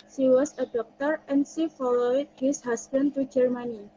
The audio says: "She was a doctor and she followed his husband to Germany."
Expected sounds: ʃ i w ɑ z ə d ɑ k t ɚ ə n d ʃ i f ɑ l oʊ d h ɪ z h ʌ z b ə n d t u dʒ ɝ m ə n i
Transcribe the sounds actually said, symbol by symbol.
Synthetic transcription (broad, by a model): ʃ i w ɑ s ə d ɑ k t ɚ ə n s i f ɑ l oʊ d h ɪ s h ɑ s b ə n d t u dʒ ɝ m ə n i